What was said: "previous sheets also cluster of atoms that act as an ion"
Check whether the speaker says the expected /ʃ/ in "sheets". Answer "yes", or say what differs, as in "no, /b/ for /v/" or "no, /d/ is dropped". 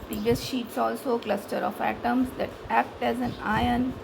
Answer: yes